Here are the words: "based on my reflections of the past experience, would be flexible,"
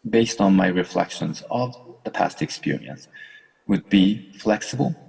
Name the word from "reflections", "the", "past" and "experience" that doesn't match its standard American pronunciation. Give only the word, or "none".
none